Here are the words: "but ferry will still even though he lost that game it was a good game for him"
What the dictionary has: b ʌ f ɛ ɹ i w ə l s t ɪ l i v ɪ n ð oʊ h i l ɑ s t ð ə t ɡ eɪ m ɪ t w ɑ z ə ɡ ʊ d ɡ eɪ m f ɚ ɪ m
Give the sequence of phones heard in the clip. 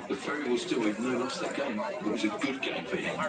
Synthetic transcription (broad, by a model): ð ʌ f ɛ ɹ i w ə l s t ɪ l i ɪ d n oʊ l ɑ s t ð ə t ɡ eɪ m ɪ t w ɑ z ə ɡ ʊ d ɡ eɪ m f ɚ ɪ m